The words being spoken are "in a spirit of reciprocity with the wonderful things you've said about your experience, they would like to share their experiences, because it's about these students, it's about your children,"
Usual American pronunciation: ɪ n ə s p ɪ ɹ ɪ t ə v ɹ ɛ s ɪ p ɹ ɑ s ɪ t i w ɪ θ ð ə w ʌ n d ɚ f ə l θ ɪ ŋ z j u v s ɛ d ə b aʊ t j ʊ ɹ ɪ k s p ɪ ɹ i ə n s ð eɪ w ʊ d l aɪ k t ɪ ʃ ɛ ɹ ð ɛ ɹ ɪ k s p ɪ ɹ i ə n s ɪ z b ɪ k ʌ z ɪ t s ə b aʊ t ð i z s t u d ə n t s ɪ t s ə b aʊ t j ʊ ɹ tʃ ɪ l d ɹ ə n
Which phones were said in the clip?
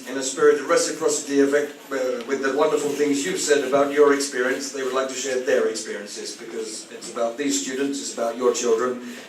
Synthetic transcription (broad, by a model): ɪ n ə s p ɪ ɹ ɪ t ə ɹ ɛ s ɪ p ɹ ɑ s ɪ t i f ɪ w ð ə w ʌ n d ɚ f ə l θ ɪ ŋ z j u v s ɛ d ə b aʊ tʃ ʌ ɹ ɪ k s p ɪ ɹ i ə n s ð eɪ w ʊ d l aɪ k t ɪ ʃ ɛ ɹ ð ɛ ɹ ɪ k s p ɪ ɹ i ə n s ɪ z b ɪ k ʌ z ɪ t s ə b aʊ t ð i z s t u d n t s ɪ t s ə b aʊ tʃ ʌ ɹ tʃ ɪ l d ɹ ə n